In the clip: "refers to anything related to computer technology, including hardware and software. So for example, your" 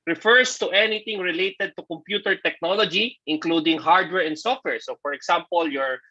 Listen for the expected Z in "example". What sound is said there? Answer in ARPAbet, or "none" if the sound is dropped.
S